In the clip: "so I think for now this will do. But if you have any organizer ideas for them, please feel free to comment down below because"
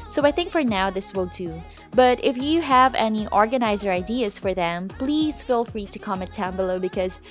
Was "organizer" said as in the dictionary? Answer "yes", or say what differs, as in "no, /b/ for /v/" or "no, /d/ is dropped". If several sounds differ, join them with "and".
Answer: yes